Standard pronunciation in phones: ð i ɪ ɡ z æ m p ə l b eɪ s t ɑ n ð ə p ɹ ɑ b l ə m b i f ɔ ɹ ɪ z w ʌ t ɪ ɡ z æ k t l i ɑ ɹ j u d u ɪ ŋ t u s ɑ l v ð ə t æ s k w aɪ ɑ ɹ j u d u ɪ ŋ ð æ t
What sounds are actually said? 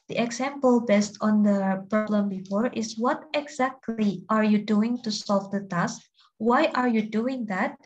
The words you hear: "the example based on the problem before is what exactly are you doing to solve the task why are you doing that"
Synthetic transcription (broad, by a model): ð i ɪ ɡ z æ m p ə l b eɪ s t ɑ n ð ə p ɹ ɑ b l ə m b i f ɔ ɹ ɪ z w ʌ t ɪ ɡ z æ k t l i ɑ ɹ j u d u ɪ ŋ t u s ɑ l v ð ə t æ s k w aɪ ɑ ɹ j u d u ɪ ŋ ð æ t